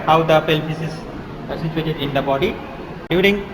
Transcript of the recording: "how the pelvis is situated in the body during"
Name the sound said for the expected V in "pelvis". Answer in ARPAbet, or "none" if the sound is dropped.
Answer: P